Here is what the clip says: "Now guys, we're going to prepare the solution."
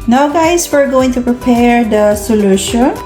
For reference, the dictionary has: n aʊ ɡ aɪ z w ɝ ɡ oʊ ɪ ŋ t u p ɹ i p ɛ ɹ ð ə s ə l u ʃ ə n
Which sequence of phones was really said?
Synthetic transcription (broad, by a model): n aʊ ɡ aɪ s w ɝ ɡ oʊ ɪ ŋ t u p ɹ i p ɛ ɹ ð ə s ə l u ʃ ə n